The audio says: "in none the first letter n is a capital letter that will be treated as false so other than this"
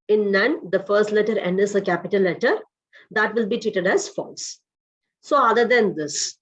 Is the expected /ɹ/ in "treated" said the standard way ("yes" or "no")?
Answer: no